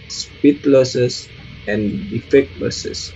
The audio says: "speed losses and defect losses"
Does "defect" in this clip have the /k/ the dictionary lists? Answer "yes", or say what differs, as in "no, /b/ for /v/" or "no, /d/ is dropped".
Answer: yes